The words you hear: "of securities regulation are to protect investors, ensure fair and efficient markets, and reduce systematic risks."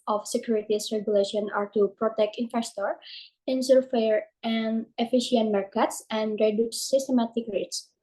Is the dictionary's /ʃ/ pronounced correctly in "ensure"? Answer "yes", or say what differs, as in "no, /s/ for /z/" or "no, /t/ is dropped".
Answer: no, /s/ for /ʃ/